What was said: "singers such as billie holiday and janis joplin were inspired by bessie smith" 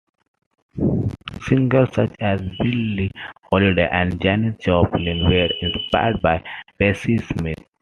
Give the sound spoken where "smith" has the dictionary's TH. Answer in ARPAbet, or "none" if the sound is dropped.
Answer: T